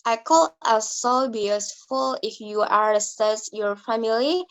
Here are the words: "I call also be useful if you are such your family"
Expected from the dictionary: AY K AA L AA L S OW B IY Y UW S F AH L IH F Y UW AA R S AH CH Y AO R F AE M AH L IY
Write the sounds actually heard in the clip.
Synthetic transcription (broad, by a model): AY K AA L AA S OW B IY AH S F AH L IH F Y UW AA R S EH S Y AO R F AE M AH L IY